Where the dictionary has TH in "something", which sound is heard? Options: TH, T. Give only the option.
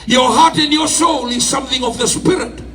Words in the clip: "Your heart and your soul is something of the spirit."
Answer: TH